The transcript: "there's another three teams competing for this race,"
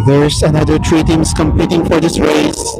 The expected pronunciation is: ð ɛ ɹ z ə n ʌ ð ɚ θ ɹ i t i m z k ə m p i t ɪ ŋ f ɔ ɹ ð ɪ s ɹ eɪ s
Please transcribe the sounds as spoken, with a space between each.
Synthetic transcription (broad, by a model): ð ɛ ɹ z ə n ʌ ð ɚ t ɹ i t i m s k ə m p i t ɪ ŋ f ɔ ɹ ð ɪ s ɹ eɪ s